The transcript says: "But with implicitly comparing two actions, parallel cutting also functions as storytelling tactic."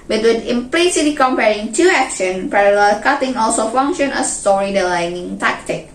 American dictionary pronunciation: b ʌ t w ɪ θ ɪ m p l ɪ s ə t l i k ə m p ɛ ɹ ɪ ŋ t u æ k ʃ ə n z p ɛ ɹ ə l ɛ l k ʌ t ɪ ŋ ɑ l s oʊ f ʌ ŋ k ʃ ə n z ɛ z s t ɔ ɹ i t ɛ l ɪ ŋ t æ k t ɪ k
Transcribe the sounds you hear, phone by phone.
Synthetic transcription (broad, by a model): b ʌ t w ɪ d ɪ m p l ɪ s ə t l i k ə m p ɛ ɹ ɪ ŋ t u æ k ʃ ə n p ɛ ɹ ə l ɛ l k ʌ t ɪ ŋ ɑ l s oʊ f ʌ ŋ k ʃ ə n ʌ s t ɔ ɹ i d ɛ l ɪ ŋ t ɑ k t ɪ k